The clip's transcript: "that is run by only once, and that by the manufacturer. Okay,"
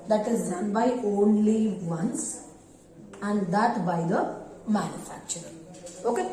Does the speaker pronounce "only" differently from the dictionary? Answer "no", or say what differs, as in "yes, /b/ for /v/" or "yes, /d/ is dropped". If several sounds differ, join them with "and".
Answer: no